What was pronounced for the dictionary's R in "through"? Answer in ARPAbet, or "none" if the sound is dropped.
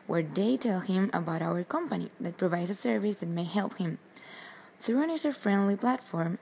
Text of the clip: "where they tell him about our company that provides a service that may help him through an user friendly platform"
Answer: R